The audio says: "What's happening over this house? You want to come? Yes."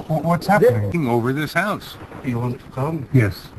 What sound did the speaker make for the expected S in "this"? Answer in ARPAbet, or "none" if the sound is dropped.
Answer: S